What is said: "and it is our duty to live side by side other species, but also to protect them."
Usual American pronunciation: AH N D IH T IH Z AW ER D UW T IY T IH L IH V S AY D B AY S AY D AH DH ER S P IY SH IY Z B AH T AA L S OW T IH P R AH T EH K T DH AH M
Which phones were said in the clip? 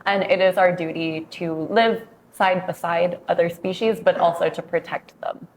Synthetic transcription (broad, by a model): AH N IH T IH Z AW ER D UW T IY T IH L IH V S AY D B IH S AY D AH DH ER S P IY SH IY Z B AH T AA L S OW T IH P R AH T EH K T DH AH M